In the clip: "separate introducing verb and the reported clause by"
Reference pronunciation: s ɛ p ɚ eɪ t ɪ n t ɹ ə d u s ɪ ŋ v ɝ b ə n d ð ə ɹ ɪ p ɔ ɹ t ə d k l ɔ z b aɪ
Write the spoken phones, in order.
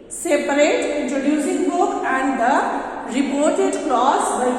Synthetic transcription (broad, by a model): s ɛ p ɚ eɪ t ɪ n t ɹ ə d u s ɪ ŋ b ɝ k ə n d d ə ɹ ɪ p ɔ ɹ t ə d k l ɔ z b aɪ